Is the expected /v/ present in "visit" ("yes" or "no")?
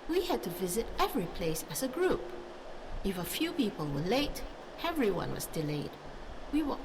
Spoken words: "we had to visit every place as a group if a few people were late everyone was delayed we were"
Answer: yes